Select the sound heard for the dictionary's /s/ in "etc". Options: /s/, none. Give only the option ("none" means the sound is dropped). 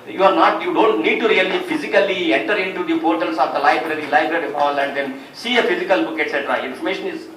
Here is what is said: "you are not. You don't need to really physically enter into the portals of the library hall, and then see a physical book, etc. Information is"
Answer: /s/